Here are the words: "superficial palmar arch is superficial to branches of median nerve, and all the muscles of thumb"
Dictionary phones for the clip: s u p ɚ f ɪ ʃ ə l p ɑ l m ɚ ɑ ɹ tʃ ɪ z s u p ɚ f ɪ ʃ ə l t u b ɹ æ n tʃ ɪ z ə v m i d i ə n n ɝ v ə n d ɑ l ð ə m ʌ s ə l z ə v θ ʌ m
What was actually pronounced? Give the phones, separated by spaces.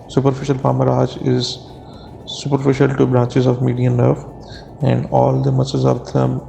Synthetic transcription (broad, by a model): s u p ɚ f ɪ ʃ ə l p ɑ m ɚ ɑ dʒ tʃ ɪ z s u p ɚ f ɪ ʃ ə l t u b ɹ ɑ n tʃ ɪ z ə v m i d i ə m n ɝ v ə n d ɑ l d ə m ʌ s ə z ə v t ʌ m